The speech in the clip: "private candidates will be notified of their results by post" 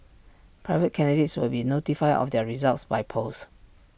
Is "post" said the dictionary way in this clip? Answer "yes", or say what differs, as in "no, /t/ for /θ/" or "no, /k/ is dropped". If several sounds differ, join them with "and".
no, /t/ is dropped